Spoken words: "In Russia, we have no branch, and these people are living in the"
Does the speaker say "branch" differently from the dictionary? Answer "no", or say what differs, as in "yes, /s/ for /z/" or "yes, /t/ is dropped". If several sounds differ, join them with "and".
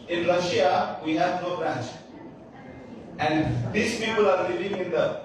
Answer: no